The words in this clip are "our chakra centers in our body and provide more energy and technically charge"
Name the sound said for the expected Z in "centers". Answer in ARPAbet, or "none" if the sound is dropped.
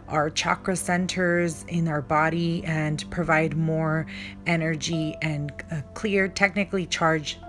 Z